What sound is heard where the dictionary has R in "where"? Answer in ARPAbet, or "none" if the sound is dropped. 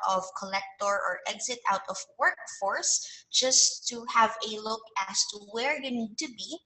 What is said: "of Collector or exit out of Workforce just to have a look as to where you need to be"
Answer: R